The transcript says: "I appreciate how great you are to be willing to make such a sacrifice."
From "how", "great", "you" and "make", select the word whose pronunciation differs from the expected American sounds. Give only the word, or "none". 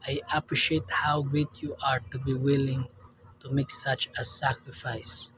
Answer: great